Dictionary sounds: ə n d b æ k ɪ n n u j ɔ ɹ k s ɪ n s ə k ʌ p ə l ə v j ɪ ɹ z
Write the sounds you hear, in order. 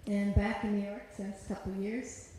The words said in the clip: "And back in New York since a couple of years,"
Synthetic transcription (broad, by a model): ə n b æ k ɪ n n u j ɔ ɹ k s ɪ s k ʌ p l j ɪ ɹ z